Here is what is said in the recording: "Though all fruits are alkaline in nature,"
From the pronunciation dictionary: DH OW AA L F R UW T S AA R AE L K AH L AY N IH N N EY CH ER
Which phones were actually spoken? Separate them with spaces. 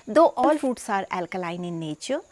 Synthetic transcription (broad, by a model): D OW AA L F UW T S AA R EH L K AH L AY N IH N N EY CH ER